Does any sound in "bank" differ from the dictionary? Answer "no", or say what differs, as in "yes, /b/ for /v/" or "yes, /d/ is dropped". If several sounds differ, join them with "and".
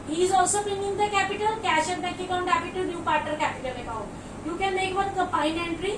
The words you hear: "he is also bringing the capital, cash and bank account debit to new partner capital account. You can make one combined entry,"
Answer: yes, /ŋ/ is dropped